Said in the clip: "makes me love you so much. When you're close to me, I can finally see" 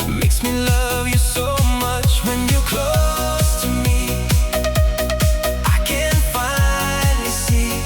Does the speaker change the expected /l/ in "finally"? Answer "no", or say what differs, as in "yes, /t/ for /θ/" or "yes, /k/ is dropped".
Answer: yes, /n/ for /l/